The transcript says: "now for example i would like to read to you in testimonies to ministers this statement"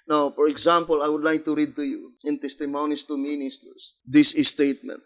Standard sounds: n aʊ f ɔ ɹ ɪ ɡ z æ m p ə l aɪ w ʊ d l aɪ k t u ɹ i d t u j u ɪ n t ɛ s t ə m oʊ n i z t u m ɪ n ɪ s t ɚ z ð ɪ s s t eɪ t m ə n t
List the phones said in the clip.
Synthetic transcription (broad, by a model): n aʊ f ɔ ɹ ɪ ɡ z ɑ m p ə l aɪ w ʊ d l aɪ k t u ɹ i d t u j u ɪ n t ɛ s t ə m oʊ n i s t u m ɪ n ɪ s t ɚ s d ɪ s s t eɪ t m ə n t